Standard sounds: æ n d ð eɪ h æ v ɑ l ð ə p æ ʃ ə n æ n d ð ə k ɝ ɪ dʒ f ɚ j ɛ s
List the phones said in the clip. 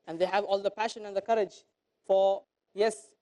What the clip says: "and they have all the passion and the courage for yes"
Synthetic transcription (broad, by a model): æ n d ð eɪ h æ v ɑ l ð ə p æ ʃ ə n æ n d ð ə k ɝ ɪ dʒ f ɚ j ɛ s